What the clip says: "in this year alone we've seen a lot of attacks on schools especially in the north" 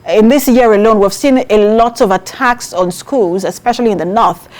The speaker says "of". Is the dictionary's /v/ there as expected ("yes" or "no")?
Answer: yes